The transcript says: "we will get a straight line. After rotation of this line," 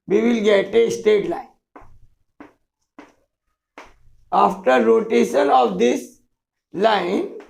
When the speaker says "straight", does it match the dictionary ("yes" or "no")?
no